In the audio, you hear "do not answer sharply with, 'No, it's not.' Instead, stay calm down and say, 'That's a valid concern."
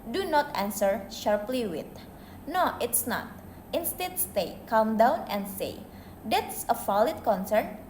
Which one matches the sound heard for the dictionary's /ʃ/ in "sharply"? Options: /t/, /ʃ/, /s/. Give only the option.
/ʃ/